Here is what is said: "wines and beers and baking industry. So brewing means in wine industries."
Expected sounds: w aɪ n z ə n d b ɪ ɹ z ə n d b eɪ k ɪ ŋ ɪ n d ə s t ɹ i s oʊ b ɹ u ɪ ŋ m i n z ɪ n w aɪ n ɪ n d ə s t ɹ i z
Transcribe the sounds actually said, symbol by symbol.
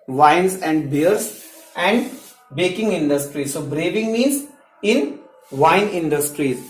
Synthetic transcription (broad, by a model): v aɪ n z ə n d b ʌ ɹ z ə n d b eɪ k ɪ ŋ ɪ n d ə s t ɹ i s oʊ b ɹ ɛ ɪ ŋ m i z ɪ n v aɪ n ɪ n d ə s t ɹ i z